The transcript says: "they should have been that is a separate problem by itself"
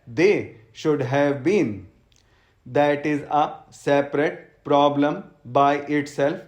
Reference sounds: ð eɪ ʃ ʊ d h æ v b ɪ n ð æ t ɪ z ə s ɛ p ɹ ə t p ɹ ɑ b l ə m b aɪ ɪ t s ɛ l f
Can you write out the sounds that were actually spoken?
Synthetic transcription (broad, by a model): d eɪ ʃ ʊ d h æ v b ɪ n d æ t ɪ z ə s ɛ p ɹ ə t p ɹ ɑ b l ə m b aɪ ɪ t s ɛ l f